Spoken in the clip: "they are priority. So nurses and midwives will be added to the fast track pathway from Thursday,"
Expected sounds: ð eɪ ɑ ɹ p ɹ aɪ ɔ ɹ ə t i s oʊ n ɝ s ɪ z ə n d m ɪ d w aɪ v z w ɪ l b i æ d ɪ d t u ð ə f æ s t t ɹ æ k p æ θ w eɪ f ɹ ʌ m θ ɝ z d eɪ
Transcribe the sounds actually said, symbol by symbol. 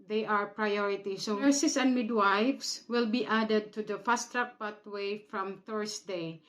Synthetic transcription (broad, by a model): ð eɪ ɑ ɹ p ɹ aɪ ɔ ɹ ə t i s oʊ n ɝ s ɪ s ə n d m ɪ d w aɪ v s w ɪ l b i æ d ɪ d t u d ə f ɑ s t t ɹ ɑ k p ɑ t w eɪ f ɹ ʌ m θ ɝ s d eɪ